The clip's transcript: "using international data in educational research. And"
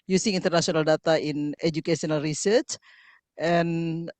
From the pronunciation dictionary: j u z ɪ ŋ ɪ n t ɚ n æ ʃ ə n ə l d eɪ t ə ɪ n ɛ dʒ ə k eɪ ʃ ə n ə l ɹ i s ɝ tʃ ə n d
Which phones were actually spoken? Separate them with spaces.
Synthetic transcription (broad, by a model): j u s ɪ ŋ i n t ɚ n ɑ s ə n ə l d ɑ t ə ɪ n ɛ dʒ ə k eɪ s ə n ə l ɹ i s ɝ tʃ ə n